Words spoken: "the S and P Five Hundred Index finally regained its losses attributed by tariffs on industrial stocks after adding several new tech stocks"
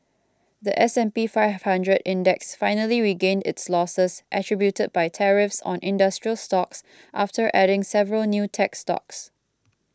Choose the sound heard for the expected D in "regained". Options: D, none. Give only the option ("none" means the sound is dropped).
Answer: D